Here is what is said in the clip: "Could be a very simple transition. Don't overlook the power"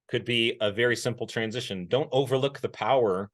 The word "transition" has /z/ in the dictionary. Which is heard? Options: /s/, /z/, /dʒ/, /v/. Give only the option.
/z/